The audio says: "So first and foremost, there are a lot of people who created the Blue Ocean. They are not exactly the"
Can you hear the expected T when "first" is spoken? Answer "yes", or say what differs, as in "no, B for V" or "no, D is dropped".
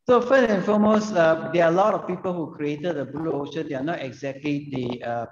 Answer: no, T is dropped